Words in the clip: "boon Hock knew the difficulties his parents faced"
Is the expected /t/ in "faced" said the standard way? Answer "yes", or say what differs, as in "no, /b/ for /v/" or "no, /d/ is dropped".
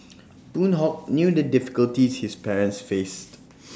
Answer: yes